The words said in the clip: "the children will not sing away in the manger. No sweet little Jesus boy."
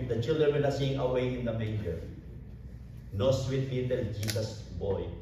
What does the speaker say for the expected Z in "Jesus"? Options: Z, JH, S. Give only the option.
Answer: S